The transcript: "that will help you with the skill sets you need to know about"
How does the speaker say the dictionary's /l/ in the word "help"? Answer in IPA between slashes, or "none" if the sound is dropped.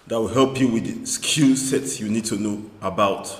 /l/